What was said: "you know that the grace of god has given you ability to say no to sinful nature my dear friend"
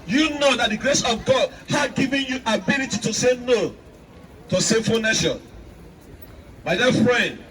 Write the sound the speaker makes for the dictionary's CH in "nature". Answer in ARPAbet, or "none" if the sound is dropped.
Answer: SH